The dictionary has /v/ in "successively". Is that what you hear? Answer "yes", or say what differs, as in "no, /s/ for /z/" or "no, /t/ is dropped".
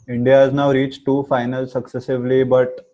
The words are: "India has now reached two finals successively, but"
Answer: yes